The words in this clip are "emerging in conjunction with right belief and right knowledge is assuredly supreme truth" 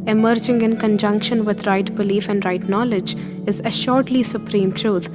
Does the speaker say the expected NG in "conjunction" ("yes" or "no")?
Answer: yes